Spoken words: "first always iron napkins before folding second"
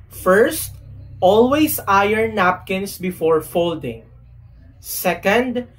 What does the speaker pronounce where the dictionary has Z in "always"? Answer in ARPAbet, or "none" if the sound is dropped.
S